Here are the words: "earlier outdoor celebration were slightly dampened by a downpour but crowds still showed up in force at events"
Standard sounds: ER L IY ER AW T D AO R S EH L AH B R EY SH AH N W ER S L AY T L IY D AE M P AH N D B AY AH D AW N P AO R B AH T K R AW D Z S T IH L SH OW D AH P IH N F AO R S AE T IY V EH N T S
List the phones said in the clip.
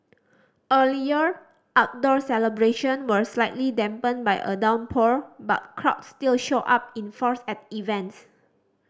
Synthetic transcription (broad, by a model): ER L IY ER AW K D AO R S EH L AH B R EY SH AH N W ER S L AY T L IY D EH M P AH N B AY AH D AW N P AO R B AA T K R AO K S T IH L SH OW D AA P IH N F AO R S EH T IY V EH N T S